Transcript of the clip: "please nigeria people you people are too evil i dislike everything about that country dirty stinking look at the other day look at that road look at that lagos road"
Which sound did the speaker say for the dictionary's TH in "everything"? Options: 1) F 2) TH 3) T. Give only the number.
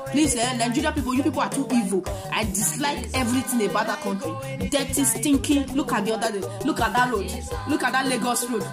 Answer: 3